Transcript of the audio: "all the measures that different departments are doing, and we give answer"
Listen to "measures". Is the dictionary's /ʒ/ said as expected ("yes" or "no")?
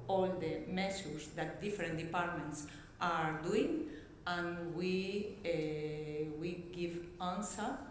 no